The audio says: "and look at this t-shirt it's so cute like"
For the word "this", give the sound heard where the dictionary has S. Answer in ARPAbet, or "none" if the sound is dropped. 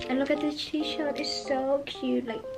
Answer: none